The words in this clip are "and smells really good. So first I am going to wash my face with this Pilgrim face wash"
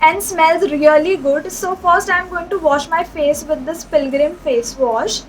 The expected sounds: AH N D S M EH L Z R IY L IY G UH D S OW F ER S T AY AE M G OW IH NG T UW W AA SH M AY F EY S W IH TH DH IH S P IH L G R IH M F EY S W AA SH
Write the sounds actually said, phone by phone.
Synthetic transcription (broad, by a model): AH N D S M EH L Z R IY L IY G UH D S OW F ER S T AY M G OW IH NG T UW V AA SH M AY F EY S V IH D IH S P IH L G R IH M F EY S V AA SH